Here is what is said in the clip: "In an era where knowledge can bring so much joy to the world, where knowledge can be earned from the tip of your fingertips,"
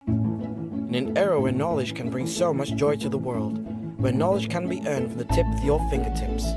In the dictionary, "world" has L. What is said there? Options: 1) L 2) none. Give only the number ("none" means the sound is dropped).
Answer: 1